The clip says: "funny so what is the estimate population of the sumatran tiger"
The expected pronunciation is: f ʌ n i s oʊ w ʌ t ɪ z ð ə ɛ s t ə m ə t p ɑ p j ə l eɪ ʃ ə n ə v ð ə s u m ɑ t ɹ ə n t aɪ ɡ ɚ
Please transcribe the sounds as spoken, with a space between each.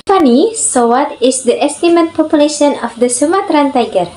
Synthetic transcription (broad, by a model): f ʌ n i s oʊ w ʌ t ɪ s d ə ɛ s t ə m ə t p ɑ p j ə l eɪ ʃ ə n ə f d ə s u m ɑ t ɹ ə n t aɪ ɡ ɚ